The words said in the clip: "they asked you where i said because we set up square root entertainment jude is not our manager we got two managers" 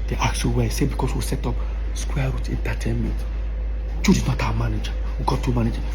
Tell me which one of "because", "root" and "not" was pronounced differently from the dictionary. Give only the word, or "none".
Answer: because